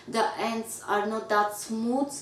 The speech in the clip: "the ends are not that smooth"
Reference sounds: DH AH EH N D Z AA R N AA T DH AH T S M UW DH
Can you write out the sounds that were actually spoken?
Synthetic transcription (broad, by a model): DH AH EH N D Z AA R N AA T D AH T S M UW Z